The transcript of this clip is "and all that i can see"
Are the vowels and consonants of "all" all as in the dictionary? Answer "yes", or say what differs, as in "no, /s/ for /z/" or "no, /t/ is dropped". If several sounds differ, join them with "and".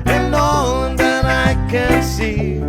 no, /n/ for /l/